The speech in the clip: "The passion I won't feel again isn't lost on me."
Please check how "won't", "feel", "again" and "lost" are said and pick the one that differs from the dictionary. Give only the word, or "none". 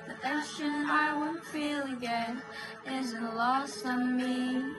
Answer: lost